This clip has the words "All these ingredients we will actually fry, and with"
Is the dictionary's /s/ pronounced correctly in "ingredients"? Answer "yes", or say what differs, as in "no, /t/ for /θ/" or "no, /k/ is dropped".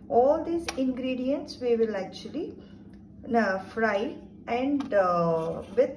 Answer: yes